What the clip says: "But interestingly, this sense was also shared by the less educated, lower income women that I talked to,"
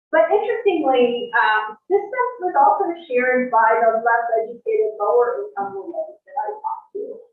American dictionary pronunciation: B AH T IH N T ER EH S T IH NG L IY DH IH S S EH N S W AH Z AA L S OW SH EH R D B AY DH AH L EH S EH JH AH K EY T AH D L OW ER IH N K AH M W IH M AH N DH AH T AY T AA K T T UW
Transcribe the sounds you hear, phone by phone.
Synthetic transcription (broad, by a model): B AH T IH N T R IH S T IH NG L IY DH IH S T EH S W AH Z AA L S OW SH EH R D B AY DH AH L EH S EH JH AH K EY T AH D L OW ER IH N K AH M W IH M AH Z DH AH T AY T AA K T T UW